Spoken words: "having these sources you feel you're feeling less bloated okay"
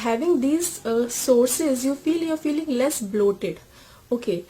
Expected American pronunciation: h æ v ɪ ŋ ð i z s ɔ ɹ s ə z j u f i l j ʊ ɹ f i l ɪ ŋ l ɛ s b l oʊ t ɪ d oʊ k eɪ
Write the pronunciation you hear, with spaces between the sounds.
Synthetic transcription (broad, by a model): h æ v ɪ ŋ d i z s ɔ ɹ s ə z j u f i l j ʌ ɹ f i l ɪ ŋ l ɛ s b l oʊ t ɪ d oʊ k eɪ